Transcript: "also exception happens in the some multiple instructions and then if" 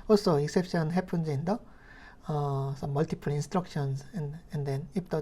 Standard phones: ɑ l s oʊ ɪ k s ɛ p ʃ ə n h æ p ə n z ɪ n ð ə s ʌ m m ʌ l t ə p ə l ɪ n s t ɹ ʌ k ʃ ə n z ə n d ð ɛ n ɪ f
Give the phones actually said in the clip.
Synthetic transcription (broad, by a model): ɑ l s oʊ ɪ k s ɛ p ʃ ə n h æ p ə n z ɪ n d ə s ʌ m m ʌ l t ə p ə l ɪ n s t ɹ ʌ k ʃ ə n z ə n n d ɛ n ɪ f